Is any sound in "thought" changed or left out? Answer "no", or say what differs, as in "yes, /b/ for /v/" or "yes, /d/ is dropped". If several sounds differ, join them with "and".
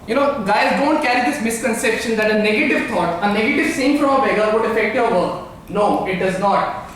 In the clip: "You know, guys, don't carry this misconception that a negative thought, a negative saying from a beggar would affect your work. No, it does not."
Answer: yes, /t/ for /θ/